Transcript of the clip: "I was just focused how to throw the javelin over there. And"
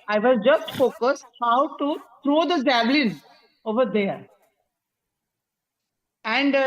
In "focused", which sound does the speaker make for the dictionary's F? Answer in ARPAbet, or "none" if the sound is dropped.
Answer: F